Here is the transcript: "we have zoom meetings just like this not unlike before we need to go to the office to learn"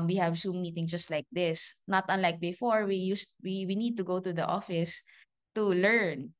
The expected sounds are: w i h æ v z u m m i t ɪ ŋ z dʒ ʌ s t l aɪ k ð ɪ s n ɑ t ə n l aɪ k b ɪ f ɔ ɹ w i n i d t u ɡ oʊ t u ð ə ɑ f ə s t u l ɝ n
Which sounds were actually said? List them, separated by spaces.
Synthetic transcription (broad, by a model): w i h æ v s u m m i t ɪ ŋ dʒ ʌ s t l aɪ k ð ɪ s n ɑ t ə n l aɪ k b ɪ f ɔ ɹ w i n i d t u ɡ oʊ t u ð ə ɑ f ə s t u l ɝ n